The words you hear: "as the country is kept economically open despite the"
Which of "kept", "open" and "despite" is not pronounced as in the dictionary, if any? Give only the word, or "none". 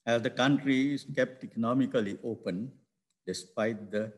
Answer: none